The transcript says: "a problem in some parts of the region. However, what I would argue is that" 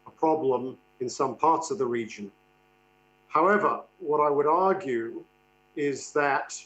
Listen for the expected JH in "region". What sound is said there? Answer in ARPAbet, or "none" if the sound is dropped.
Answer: JH